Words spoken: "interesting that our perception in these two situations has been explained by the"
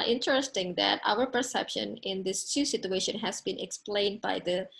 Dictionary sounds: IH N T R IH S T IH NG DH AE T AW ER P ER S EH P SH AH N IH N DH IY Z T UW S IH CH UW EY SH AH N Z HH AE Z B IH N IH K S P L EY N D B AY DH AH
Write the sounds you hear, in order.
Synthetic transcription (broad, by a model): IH N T R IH S T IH NG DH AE T AW ER P ER S EH P SH AH N IH N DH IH S T UW S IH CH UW EY SH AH N HH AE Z B IH N IH K S P L EY N D B AY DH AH